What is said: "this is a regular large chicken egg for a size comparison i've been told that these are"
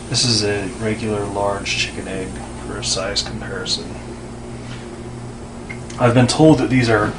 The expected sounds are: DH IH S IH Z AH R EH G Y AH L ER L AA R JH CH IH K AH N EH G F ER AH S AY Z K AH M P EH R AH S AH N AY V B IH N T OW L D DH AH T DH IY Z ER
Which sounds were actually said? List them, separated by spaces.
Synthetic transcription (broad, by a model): DH IH S IH Z AH R EH G Y L ER L AA R JH CH IH K AH N EH G F ER AH S AY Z K M P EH R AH S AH N AY V B IH N T OW L D DH AH T DH IY Z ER